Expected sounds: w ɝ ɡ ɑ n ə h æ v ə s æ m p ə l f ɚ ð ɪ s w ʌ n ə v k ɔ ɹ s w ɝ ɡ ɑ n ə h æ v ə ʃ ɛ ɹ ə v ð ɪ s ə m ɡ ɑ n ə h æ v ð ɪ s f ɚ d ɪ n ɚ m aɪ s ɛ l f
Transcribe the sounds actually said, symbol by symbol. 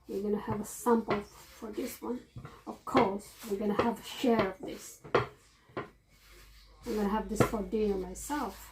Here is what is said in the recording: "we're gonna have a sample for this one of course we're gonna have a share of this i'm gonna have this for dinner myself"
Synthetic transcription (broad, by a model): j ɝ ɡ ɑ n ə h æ v ə s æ m p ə l f ɚ ð ɪ s w ʌ n ə v k ɔ ɹ s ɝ ɡ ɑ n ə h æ v ə ʃ ɛ ɹ ə v ð ɪ s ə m ɡ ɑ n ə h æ v ð ɪ s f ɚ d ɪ ɚ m aɪ s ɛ l f